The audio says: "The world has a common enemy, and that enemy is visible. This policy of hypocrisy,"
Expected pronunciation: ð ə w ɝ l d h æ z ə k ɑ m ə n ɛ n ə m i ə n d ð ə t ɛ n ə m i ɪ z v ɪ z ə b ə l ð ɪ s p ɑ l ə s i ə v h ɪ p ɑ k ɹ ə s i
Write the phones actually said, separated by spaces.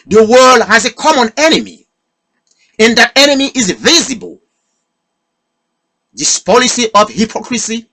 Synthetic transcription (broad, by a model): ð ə w ɝ l d h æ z ə k ɑ m ə n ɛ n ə m i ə n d ð ə t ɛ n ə m i ɪ z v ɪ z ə b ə l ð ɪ s p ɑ l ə s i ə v h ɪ p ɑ k ɹ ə s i